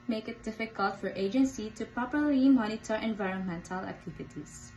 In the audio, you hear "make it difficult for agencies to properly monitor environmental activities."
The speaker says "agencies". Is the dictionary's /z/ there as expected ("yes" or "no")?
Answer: no